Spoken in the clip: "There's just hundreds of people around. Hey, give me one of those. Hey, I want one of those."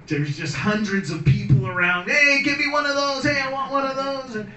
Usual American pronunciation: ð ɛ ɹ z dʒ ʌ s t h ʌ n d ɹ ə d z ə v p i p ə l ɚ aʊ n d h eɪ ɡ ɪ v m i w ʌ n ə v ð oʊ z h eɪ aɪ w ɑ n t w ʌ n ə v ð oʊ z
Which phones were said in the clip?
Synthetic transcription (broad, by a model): ð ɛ ɹ z dʒ ʌ s t h ʌ n d ɹ ə d z ə v p i p l ɚ aʊ n d h eɪ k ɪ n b i w ʌ n ə v ð oʊ z h eɪ aɪ w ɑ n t w ʌ n ə v ð oʊ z